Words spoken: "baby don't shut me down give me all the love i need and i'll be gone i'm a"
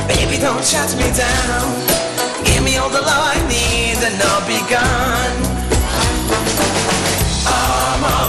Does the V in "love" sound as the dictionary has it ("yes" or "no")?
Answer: no